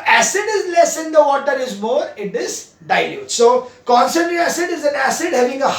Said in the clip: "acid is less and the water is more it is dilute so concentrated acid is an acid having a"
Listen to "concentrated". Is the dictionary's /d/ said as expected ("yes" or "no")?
no